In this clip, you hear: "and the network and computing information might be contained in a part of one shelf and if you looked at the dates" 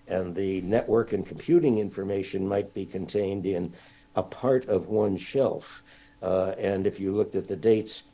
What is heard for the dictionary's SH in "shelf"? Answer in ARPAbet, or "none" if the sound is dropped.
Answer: SH